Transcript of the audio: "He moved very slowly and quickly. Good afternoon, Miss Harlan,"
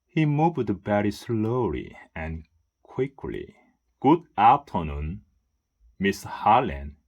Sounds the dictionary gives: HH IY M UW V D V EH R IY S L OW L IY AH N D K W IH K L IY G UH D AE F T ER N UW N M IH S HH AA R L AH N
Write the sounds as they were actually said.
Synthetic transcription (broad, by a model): HH IY M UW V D B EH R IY S L OW L IY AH N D K W IH K L IY G UH D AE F T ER N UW N M IH S HH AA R L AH N